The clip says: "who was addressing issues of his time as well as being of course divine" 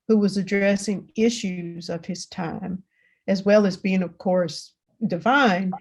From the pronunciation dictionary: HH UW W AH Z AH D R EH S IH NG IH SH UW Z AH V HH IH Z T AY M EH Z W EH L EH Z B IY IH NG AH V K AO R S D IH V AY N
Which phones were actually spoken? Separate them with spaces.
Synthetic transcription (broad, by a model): HH UW W AH Z AH D R EH S IH NG IH SH UW Z AH V IH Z T AY M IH Z W EH L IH Z B IY IH NG AH V K AO R S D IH V AY N